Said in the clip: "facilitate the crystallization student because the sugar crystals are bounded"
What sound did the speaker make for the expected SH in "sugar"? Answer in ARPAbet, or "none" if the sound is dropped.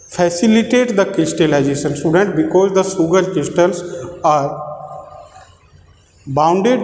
S